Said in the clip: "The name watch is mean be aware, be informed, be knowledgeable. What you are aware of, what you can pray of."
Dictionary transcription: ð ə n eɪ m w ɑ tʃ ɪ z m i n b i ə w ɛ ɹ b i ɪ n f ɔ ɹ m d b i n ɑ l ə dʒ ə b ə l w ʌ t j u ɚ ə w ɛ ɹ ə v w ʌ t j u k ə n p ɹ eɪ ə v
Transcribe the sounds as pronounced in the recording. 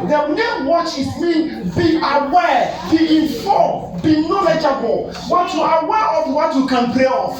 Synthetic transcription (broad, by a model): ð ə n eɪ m w ɑ tʃ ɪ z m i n b i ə w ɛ b i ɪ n f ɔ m b i n ɑ l ə dʒ ə b ə l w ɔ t j u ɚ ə w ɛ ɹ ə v w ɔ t j u k ə n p l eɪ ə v